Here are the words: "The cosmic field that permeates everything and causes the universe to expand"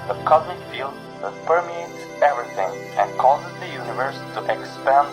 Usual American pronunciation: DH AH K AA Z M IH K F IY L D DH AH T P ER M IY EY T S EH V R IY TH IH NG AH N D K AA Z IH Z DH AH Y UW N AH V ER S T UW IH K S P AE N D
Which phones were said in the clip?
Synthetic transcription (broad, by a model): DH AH K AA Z IH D F IY L D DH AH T P ER M IY EY T S EH V R IY TH IH NG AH N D K AA Z IH Z DH AH Y UW N AH V ER S T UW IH K S P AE N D